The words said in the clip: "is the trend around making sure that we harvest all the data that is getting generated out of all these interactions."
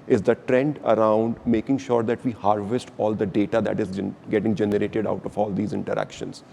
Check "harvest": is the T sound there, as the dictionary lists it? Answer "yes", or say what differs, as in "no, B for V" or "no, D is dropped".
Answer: yes